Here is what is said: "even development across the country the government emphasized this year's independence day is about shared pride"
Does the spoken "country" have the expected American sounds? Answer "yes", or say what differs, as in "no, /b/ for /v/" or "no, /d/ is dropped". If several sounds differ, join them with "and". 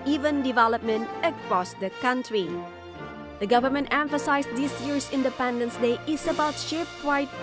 yes